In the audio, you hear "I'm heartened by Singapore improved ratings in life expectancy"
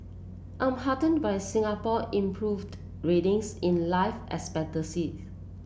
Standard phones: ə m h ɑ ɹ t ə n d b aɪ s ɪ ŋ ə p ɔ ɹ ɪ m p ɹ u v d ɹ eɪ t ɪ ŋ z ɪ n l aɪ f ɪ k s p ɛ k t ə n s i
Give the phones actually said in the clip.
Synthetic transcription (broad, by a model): ə m h ɑ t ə n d b aɪ s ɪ ŋ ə p ɔ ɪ m p ɹ u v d ɹ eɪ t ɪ ŋ s ɪ n l aɪ f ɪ s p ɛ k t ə s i